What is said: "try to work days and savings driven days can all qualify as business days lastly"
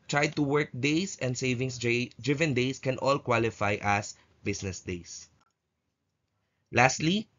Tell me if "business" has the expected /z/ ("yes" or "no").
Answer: no